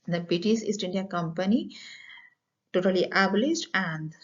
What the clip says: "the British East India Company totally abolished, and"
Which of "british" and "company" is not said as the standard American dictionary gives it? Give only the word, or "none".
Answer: british